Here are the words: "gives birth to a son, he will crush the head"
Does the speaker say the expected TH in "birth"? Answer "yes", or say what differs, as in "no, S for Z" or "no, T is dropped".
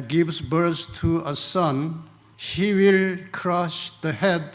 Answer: no, S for TH